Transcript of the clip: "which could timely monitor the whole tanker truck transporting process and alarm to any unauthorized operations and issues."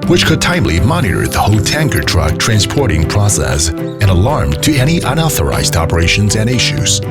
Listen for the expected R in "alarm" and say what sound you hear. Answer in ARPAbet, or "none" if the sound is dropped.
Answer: R